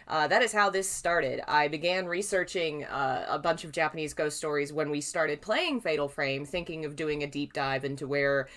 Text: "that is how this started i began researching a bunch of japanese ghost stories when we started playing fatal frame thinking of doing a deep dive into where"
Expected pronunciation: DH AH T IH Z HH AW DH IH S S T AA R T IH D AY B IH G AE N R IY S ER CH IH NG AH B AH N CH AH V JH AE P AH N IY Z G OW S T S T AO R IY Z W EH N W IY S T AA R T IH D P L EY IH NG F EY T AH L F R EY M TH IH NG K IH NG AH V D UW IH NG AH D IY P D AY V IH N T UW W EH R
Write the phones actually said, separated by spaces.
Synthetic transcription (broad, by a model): DH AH T IH Z HH AW DH IH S S T AA R T IH D AY B IH G AE N R IY S ER CH IH NG AH B AH N CH AH V JH AE P AH N IY Z G OW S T S T AO R IY Z W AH N W IY S T AA R T IH D P L EY IH NG F EY T L F R EY M TH IH NG K IH NG AH V D UW IH NG AH D IY P D AY V IH N T UW W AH R